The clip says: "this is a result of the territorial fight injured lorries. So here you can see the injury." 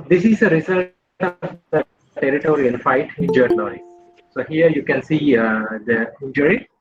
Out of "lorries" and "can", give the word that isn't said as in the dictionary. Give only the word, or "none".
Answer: lorries